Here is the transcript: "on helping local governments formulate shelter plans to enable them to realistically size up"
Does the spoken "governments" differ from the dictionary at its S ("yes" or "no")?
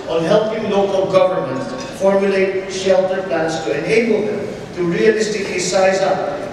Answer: yes